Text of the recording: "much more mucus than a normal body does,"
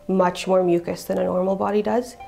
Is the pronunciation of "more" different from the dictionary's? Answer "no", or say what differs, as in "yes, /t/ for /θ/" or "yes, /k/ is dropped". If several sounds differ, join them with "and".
no